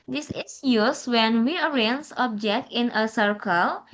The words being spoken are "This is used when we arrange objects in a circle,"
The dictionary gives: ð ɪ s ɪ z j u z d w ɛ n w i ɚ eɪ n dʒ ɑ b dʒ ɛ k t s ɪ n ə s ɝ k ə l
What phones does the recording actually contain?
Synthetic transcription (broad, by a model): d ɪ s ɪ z j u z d w ɛ n w i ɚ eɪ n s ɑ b dʒ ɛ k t ɪ n ə s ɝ k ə l